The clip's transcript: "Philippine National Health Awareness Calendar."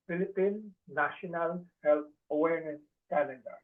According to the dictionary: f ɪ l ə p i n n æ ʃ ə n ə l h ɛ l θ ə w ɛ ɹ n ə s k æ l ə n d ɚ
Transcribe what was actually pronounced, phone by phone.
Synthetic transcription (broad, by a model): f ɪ l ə p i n n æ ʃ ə n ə l h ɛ l t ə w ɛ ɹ n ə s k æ l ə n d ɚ